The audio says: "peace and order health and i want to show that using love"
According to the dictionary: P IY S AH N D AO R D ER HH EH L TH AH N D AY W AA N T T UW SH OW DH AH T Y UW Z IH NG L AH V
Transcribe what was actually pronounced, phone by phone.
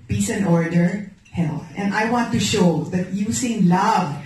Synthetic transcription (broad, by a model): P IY S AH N AO R D ER HH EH L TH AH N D AY W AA N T T UW SH OW DH AH T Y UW S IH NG L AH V